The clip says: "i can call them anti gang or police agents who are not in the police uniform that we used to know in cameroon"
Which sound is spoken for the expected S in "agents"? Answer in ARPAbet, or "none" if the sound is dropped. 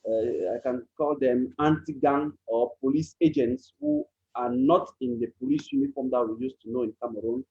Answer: S